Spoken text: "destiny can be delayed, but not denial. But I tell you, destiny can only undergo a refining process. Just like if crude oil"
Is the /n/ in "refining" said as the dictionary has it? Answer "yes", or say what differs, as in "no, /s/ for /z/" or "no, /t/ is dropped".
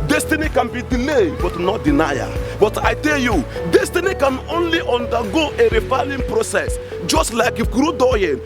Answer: no, /l/ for /n/